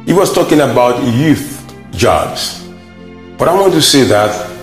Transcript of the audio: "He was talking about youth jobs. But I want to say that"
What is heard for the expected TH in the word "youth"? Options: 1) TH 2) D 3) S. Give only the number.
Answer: 1